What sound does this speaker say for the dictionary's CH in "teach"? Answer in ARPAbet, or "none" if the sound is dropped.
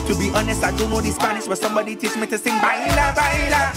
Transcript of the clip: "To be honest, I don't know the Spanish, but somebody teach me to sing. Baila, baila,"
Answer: S